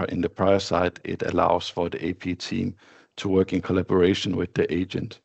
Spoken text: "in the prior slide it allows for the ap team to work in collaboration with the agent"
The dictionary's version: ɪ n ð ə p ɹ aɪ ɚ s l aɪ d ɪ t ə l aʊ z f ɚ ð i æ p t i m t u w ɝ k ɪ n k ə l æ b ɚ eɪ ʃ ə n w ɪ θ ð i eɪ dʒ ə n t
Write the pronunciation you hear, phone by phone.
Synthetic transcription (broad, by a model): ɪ n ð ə p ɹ aɪ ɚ s aɪ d ɪ t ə l aʊ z f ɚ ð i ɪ p t i m t u w ɝ k ɪ n k ə l æ b ɚ eɪ ʃ ə n w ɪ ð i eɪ dʒ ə n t